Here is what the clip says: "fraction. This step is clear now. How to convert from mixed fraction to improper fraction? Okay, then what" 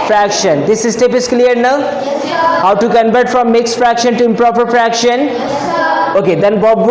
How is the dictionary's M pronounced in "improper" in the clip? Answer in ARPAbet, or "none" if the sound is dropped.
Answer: M